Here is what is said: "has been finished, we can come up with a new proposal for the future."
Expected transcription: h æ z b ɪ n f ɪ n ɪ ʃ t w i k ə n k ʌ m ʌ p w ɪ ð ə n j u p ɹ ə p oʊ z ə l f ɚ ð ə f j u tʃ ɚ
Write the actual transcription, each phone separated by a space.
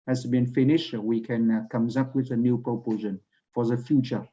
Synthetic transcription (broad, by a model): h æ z b ɪ n f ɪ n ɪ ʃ w i k ə n k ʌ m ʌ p w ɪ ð ə n j u p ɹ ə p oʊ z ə n f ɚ ð ə f j u tʃ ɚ